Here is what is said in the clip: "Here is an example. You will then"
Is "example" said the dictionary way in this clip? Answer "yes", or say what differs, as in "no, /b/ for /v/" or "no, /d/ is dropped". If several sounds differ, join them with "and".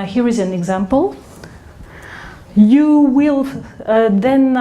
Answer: yes